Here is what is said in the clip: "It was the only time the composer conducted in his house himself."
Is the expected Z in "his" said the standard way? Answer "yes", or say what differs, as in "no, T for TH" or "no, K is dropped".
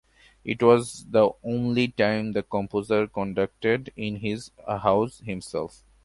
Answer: yes